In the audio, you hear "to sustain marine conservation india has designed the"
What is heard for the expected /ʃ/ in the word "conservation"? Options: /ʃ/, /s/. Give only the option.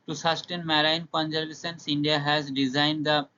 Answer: /s/